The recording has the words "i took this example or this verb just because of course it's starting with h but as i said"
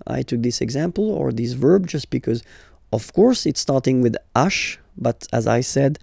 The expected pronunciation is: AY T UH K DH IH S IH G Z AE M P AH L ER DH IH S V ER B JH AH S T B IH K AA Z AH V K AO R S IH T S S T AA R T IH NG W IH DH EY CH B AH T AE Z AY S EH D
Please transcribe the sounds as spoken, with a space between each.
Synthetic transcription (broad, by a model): AY T UH K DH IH S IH G Z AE M P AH L ER DH IH S V ER B JH AH S T B IH K AA Z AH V K AO R S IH T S S T AA R T IH NG W IH DH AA SH B AH T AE Z AY S EH D